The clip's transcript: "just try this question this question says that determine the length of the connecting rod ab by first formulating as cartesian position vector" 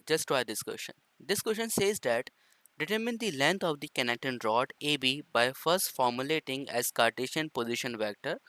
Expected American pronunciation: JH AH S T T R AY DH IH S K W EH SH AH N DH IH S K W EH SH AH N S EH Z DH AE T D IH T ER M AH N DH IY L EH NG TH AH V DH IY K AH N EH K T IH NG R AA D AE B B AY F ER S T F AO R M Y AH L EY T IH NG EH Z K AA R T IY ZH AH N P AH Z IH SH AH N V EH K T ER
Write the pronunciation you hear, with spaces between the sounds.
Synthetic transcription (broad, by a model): JH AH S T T AY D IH S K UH SH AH N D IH S K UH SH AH N S EH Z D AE T D IH T ER M AH N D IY L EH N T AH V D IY K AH N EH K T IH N R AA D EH B B AY F ER S T F AO R M Y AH L EY T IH NG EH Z K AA R T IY SH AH N P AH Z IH SH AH N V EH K T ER